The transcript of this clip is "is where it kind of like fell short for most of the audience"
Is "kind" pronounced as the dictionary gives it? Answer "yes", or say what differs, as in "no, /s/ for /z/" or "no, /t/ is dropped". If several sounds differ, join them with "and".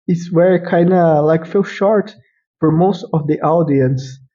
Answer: yes